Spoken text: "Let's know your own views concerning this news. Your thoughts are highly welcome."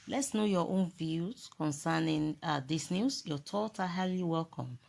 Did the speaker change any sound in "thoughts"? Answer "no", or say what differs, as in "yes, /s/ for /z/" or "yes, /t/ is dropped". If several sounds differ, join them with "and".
yes, /s/ is dropped